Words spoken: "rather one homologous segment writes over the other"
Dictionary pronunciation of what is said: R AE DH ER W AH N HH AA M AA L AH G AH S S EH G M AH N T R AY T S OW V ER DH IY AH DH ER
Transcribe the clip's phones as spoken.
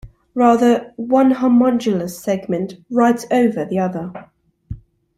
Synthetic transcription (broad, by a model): R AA DH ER W AH N HH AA M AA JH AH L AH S S EH G M AH N T R AY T OW V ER DH IY AH DH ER